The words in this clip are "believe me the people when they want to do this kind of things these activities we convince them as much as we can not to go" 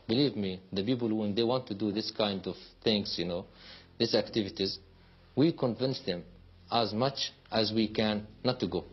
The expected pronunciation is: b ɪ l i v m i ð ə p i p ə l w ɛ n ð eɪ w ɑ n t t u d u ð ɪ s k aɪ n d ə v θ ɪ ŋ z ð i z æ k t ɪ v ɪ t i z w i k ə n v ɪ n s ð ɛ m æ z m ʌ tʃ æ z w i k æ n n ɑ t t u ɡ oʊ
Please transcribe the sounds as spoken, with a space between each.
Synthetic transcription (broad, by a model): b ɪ l i v m i ð ə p i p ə l w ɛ n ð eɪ w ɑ n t t u d u ð ɪ s k aɪ n d ə v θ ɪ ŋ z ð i s æ k t ɪ v ɪ t i z w i k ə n v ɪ n s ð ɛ m æ z m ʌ tʃ æ z w i k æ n n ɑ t t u ɡ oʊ